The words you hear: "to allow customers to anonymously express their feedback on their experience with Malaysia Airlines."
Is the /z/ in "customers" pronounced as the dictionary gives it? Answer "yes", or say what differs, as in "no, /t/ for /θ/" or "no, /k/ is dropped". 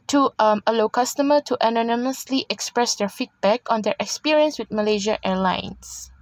no, /z/ is dropped